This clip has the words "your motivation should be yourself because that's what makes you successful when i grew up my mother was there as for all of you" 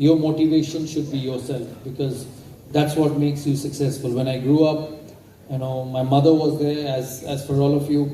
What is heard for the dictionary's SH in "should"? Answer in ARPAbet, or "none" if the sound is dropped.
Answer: SH